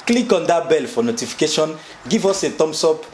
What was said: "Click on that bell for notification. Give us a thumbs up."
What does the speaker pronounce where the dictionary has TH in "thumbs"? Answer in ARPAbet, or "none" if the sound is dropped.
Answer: T